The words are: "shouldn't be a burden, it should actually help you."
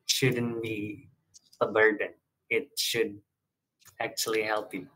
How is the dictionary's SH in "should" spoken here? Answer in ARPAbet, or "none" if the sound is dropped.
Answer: SH